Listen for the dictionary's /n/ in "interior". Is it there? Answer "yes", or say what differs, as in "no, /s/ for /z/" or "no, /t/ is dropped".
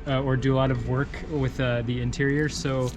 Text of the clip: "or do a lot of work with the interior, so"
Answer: yes